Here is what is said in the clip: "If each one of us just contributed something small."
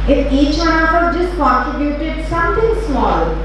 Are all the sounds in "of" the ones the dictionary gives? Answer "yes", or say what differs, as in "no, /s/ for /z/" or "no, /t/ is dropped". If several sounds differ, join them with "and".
no, /p/ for /v/